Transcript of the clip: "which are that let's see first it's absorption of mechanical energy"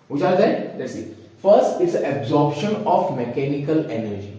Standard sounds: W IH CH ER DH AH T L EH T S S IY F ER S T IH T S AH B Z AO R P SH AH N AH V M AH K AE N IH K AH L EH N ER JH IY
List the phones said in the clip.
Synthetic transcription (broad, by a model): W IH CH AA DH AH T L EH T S S IY F ER S T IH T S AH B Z AO R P SH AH N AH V M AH K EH N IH K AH L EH N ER JH IY